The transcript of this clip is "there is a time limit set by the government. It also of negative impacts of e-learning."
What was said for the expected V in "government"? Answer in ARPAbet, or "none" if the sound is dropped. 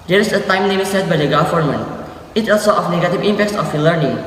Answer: F